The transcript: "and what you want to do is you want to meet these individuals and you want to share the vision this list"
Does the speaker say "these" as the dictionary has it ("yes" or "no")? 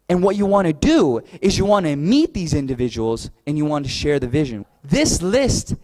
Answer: yes